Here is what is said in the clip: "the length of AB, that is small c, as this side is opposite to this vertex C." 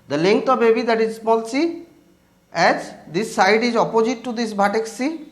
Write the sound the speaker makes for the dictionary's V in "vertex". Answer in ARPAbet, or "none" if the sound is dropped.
B